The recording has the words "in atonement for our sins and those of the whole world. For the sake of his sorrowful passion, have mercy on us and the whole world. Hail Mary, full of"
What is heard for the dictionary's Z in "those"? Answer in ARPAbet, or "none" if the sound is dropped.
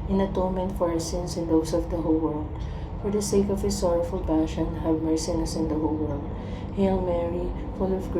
S